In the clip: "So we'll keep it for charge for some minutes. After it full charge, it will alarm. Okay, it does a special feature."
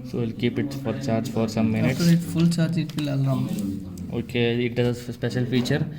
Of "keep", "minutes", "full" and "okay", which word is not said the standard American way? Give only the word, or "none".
minutes